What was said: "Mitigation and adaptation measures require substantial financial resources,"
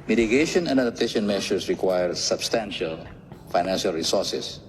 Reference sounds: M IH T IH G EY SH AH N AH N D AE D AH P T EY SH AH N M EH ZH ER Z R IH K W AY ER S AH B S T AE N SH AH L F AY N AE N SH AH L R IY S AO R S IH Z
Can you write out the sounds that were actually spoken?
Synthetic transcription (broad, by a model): M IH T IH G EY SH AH N AH N D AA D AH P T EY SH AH N M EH SH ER S R IH K W AY ER S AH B S T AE N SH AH L F AY N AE N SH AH L R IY S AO R S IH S